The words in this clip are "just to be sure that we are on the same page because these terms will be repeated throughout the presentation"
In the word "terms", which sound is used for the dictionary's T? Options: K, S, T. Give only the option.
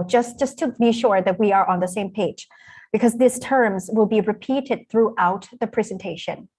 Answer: T